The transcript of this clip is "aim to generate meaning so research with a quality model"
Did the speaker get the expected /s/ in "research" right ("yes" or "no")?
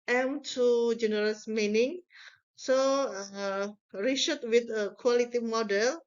no